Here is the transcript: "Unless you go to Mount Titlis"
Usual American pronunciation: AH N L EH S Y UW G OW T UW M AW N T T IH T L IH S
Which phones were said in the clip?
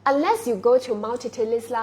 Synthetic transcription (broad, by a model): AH N L EH S Y UW G OW T UW M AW L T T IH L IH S